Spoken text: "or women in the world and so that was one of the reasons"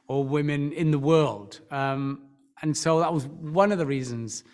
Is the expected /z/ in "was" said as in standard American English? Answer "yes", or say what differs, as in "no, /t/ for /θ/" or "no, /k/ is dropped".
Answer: yes